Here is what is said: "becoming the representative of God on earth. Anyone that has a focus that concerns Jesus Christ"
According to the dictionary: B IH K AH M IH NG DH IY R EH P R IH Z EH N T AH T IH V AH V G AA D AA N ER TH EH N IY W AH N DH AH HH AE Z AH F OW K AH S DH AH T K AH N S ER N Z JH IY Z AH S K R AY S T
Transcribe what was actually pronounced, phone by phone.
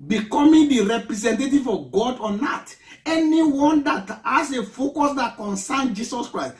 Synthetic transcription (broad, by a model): B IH K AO M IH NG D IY R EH P R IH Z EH N T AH T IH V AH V G AA D AA N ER T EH N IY W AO N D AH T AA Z AH F OW K AH S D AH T K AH N S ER N JH IY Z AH S K R AY S T